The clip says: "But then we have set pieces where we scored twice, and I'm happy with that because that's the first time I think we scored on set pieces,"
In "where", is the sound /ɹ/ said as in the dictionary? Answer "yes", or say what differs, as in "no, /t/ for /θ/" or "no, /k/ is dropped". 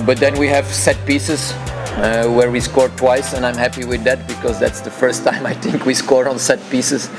yes